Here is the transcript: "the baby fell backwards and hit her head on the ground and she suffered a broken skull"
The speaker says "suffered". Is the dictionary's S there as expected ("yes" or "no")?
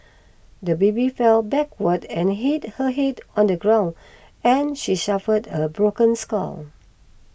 no